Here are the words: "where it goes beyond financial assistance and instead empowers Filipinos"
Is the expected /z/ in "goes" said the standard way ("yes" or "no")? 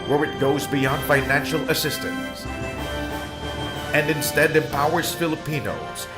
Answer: yes